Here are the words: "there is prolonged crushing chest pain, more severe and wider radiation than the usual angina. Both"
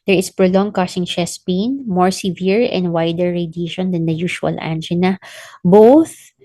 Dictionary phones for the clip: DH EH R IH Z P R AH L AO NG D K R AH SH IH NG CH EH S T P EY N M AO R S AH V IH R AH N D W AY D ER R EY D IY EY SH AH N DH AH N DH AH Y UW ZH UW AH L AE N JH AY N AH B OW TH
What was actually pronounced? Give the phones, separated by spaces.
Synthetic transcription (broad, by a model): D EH R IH S P R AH L AO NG K AH S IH NG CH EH S P EY N M AO R S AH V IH R AH N D W AY D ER R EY D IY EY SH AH N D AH N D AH Y UW SH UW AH L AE N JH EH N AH B OW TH